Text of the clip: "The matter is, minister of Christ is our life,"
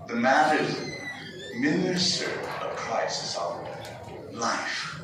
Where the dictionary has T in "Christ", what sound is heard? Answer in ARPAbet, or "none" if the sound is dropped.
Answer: none